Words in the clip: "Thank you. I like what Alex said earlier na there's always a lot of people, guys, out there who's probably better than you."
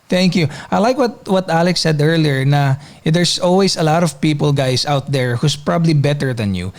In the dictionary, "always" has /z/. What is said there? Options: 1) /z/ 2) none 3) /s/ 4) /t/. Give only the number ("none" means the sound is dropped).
3